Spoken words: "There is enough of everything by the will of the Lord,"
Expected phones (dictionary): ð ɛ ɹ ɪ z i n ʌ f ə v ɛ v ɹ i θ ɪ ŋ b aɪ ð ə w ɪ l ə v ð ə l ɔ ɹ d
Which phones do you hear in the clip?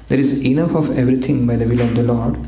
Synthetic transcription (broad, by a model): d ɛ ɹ ɪ z i n ʌ f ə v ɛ v ɹ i t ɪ ŋ b aɪ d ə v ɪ l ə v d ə l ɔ ɹ d